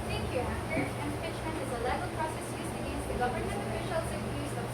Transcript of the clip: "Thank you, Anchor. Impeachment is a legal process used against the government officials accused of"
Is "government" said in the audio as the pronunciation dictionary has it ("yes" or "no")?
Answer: no